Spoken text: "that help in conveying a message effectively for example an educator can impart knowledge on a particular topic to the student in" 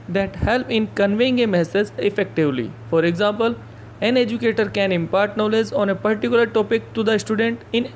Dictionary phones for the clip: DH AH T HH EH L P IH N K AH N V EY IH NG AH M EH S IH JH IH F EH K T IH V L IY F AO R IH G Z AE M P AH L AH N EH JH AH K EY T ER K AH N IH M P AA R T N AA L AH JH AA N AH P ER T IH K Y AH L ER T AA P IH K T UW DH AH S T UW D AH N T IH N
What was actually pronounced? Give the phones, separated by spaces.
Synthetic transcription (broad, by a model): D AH T HH EH L P IH N K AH N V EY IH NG AH M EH S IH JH IH F EH K T IH V L IY F AO R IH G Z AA M P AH L AH N EH JH AH K EY T ER K AH N IH M P AA R T N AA L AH Z AA N AH P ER T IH K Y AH L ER T AA P IH K T UW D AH S T UW D AH N T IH N